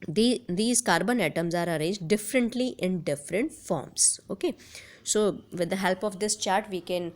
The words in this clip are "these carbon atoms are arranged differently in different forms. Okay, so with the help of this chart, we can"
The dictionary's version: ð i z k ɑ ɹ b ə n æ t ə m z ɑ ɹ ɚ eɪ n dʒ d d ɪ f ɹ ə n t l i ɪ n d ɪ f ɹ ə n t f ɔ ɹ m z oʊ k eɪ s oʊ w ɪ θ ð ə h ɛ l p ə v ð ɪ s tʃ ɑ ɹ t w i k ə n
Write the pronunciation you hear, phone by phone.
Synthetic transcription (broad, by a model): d i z k ɑ ɹ b ə n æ t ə m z ɑ ɹ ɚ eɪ dʒ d d ɪ f ɹ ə n t l i ɪ n d ɪ f ɹ ə n t f ɔ ɹ m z oʊ k eɪ s oʊ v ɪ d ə h ɛ l p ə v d ɪ s tʃ ɑ ɹ t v i k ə n